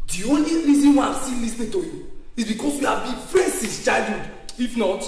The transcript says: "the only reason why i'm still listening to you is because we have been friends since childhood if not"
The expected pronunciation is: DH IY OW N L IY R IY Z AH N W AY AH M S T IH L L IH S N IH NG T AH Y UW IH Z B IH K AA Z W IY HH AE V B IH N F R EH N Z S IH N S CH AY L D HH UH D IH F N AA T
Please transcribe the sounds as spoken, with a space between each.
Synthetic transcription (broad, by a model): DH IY OW N L IY R IY Z AH N W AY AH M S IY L L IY S N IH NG T AH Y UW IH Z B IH K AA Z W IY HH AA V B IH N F R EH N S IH S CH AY D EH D IH F N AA T